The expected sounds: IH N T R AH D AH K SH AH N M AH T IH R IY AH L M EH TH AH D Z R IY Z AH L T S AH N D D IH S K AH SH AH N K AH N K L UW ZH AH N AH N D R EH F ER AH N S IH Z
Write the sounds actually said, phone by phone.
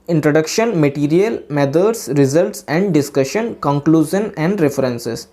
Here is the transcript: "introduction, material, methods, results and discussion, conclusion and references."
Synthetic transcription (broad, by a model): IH N T R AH D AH K SH AH N M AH T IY R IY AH L M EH T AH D S R IY Z AH L T S AH N D D IH S K AH SH AH N K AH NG K L UW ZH AH N AH N D R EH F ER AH N S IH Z